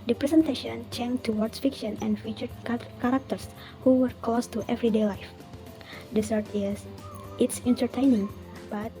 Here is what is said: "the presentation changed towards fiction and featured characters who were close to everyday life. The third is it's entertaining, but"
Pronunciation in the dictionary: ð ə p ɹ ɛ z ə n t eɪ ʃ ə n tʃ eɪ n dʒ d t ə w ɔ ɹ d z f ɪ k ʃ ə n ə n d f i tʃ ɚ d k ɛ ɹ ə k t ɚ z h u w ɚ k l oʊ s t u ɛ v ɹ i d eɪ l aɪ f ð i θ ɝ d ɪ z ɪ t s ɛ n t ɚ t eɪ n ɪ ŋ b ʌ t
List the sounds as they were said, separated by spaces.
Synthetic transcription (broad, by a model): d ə p ɹ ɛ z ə n t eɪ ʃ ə n tʃ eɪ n t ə w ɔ ɹ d s f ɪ k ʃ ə n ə n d f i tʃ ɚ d k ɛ ɹ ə k t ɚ s h u w ɚ k oʊ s t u ɛ v ɹ i d eɪ l aɪ f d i s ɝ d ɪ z ɪ t s ɛ n t ɚ t eɪ n ɪ ŋ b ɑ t